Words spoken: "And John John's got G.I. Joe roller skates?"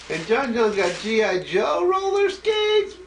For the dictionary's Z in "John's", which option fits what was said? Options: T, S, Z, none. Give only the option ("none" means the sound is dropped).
none